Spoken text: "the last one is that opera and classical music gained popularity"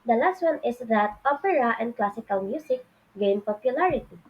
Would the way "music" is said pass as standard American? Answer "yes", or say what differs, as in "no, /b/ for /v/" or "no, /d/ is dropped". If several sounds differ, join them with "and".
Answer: no, /s/ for /z/